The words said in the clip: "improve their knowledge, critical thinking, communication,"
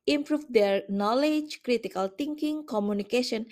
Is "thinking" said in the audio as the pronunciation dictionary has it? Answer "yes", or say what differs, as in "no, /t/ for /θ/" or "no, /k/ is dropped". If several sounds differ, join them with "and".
no, /t/ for /θ/